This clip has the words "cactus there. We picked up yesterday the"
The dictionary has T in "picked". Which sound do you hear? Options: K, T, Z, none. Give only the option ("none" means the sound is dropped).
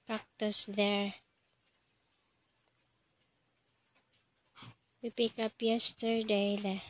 none